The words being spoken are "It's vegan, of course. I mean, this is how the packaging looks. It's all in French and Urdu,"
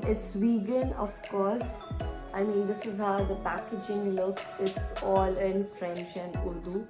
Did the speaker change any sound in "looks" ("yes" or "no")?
yes